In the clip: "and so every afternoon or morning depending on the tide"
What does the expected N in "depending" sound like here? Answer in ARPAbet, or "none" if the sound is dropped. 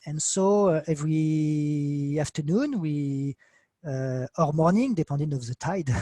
none